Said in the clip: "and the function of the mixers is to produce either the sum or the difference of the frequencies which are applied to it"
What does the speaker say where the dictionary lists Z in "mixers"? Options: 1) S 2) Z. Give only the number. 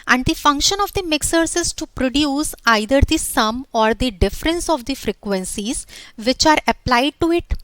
1